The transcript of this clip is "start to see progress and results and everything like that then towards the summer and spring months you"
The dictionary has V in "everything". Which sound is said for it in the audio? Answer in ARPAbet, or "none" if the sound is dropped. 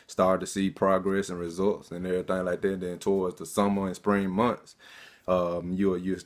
none